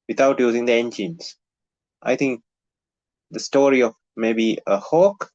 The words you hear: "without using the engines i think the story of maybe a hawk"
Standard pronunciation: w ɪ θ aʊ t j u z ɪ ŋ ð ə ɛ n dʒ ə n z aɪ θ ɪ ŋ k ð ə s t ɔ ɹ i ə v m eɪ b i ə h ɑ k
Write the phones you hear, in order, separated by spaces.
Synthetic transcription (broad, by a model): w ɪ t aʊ t j u z ɪ ŋ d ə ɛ n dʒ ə n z aɪ t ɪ ŋ k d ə s t ɔ ɹ i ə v m eɪ b i ə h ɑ k